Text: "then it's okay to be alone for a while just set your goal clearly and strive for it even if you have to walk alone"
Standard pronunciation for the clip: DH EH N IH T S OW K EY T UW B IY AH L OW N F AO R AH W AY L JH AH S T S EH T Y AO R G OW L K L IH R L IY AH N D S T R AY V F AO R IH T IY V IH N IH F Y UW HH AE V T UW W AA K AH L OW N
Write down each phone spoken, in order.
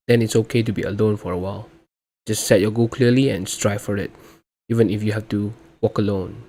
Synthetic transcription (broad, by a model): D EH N IH T S OW K EY T UW B IY AH L OW N F AO R AH W AY L JH AH S T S EH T Y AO G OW K L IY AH L IY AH N S T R AY F AO R IH T IY V IH N IH F Y UW HH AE F T UW W AA K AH L OW N